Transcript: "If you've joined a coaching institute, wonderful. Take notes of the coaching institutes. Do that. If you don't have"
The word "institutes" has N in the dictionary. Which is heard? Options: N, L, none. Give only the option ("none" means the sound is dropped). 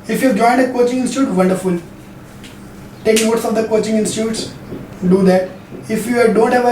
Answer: N